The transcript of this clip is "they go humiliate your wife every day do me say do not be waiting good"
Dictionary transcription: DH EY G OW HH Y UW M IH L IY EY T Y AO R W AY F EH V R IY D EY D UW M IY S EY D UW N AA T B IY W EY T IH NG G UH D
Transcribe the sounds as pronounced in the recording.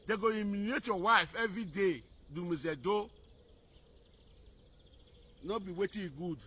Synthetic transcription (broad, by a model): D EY G OW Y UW M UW N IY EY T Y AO W AY F EH V R IY D EY D UW M IY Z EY D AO N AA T B IY W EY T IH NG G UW D